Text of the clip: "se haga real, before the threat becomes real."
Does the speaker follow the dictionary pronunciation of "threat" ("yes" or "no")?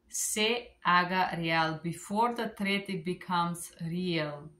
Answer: no